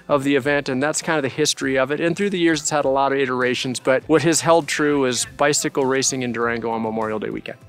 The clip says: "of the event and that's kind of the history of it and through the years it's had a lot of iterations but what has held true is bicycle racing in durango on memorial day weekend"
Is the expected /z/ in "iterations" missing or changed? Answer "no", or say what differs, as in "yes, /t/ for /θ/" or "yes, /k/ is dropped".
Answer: no